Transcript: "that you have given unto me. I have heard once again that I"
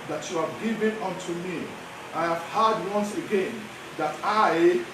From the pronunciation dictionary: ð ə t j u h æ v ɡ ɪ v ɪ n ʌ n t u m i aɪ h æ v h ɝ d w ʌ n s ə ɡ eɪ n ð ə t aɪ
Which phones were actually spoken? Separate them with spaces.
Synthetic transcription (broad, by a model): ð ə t j u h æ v ɡ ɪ v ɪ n ʌ n t u m i aɪ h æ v h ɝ d w ʌ n s ə ɡ eɪ n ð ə t aɪ